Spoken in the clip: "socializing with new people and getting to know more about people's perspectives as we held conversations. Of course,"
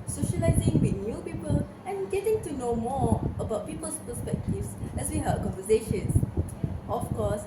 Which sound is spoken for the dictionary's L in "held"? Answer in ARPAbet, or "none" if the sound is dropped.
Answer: none